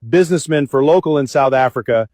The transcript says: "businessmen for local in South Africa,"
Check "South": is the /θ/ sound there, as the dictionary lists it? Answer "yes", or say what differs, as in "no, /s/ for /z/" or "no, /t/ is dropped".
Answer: yes